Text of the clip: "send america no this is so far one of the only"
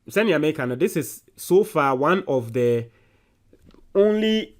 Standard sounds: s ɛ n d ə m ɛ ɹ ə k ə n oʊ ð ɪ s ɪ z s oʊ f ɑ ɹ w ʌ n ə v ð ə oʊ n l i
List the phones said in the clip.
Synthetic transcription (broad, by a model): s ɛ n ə ɑ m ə k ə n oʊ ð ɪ s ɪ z s oʊ f ɑ w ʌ n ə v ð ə oʊ n l i